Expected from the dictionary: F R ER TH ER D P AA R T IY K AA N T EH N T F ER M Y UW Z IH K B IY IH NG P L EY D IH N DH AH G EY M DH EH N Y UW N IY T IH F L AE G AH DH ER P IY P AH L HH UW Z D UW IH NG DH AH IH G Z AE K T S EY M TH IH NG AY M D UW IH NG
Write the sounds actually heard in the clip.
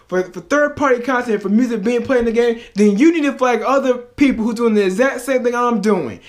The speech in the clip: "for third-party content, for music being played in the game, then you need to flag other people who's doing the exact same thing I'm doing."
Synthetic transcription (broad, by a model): F R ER TH ER D P AA R T IY K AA N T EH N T F ER M Y UW Z IH K B IY IH NG P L EY IH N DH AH G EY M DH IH N Y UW N IY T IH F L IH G AH DH ER P IY P L HH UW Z D UW IH NG DH AH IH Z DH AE T S EY M TH IH NG AY M D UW IH NG